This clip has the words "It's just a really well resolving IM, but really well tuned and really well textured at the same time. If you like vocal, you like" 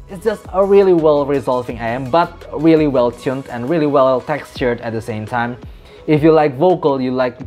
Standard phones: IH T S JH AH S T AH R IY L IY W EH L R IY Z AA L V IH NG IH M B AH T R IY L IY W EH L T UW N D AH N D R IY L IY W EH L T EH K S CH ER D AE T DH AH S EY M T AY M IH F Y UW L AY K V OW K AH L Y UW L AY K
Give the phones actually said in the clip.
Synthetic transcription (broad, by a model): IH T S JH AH S T AH R IY L IY W EH L R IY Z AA L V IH NG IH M B AH T R IY L IY W EH L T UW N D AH N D R IY L IY W EH L T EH K S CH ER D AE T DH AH S EY M T AY M IH F Y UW L AY K V OW K AH L Y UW L AY K